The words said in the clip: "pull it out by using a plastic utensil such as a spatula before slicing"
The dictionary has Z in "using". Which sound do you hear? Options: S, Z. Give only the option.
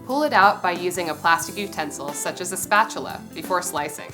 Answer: Z